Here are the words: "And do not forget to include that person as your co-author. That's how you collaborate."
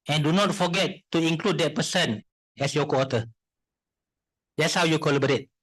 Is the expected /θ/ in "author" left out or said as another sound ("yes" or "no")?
yes